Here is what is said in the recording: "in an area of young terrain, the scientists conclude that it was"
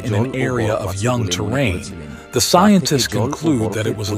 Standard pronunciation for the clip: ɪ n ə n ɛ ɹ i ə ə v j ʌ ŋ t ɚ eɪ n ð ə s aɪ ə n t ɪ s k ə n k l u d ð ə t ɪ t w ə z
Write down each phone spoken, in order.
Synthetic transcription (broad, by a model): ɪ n ə n ɛ ɹ i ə ə v j ʌ ŋ t ɚ eɪ n ð ə s aɪ ə n t ɪ s k ə n k l u d ð ə t ɪ t w ə z